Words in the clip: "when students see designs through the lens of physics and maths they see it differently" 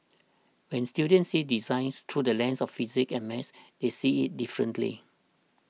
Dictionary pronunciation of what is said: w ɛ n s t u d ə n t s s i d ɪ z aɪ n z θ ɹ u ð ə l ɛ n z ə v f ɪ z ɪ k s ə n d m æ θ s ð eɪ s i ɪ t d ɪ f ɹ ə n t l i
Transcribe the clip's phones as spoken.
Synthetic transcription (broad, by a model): w ɛ n s t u d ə n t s s i d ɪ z aɪ n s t ɹ u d ə l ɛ n s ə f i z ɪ k ə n m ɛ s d eɪ s i ɪ t d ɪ f ɹ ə n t l i